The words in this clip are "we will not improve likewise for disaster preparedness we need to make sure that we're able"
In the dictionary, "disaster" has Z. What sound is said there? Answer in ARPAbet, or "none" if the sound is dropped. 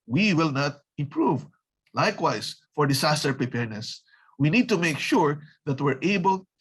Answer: S